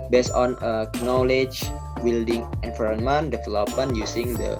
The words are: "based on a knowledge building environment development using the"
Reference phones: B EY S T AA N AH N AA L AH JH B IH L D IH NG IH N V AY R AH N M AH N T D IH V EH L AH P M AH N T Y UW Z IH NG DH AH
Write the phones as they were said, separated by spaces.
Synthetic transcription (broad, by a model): B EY S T AA N AH N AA L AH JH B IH L D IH NG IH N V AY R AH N M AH N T D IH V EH L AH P AH N Y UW S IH NG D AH